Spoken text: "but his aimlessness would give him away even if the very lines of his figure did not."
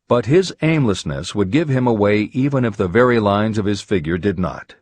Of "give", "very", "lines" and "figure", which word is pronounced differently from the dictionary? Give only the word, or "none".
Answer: none